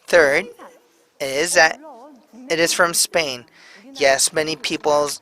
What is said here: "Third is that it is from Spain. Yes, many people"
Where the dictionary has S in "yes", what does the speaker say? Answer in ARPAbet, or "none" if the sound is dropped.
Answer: S